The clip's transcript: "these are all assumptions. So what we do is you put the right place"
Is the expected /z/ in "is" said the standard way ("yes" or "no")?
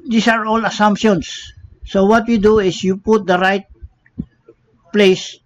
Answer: no